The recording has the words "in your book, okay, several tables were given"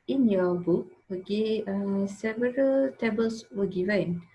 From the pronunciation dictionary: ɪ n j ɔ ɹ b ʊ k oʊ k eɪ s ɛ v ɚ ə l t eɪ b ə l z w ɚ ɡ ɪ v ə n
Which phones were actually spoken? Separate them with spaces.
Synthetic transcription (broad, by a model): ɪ n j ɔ b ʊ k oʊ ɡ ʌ s ɛ v ɚ ə l t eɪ b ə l s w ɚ ɡ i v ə n